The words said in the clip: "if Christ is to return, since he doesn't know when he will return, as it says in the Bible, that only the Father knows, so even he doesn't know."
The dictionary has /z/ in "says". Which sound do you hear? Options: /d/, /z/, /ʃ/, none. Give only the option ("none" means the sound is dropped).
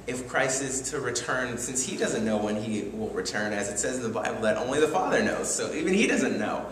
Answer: /z/